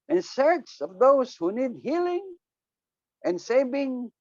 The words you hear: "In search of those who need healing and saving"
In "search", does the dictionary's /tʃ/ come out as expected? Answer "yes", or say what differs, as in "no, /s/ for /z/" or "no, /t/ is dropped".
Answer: no, /s/ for /tʃ/